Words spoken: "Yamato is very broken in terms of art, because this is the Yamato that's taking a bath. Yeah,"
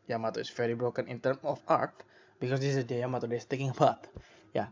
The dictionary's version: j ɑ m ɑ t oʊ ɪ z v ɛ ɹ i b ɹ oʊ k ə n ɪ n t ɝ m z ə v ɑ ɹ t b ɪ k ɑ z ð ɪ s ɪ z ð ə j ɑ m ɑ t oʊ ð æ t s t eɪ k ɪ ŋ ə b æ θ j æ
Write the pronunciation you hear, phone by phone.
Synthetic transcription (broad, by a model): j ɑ m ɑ t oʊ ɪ s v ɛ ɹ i b ɹ oʊ k ə n ɪ n t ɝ m ə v ɑ ɹ t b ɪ k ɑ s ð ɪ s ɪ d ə j ɑ m ɑ t oʊ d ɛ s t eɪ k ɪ ŋ ə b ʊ t j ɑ